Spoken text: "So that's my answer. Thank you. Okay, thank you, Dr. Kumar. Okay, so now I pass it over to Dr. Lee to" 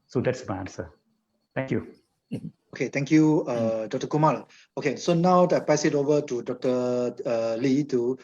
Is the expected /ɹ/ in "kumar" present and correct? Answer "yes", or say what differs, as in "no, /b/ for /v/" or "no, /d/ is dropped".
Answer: no, /l/ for /ɹ/